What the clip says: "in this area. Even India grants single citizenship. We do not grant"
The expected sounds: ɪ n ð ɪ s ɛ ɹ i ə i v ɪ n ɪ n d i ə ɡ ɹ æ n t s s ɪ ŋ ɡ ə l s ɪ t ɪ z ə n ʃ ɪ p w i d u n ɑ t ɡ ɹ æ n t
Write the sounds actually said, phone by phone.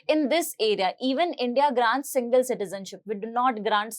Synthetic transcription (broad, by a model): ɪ n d ɪ s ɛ ɹ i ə i v ɪ n ɪ n d i ə ɡ ɹ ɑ n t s s ɪ ŋ ɡ ə l s ɪ t ɪ z ə n ʃ ɪ p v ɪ d u n ɑ t ɡ ɹ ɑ n t